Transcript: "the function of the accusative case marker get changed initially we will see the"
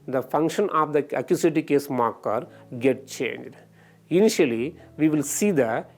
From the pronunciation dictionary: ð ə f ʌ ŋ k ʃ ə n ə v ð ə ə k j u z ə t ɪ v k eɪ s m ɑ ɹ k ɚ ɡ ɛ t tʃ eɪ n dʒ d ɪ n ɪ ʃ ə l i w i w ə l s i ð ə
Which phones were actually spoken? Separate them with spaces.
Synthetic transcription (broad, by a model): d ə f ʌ ŋ k ʃ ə n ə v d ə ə k j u s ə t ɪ k eɪ s m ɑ ɹ k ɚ ɡ ɛ t tʃ eɪ n dʒ d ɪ n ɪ ʃ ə l i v i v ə l s i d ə